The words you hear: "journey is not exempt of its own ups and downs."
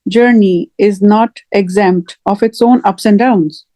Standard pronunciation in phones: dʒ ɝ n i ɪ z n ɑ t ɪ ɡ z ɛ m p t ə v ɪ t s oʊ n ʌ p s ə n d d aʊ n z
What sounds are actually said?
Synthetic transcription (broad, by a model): dʒ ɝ n i ɪ z n ɑ t ɪ ɡ z ɛ m p t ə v ɪ t s oʊ n ʌ p s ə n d d aʊ n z